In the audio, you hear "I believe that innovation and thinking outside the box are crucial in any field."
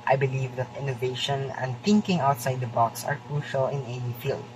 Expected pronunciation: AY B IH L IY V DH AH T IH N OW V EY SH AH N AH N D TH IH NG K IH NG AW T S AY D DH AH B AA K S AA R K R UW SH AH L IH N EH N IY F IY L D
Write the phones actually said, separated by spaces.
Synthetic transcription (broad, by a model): AY B IH L IY V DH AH T IH N OW V EY SH AH N AH N D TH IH NG K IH NG AW T S AY D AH B AA K S AA R K R UW SH AH L IH N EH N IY F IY L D